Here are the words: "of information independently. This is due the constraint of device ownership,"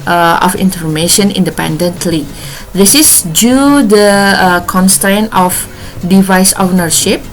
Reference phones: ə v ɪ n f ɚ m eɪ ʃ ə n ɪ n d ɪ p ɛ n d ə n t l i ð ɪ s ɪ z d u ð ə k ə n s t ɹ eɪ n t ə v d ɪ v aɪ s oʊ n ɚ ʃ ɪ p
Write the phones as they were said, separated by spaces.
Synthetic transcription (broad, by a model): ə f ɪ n f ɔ m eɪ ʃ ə n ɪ n d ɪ p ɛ n d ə n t l i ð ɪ s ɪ s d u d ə k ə n s t ɹ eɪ n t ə f d ɪ v aɪ s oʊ n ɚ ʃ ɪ p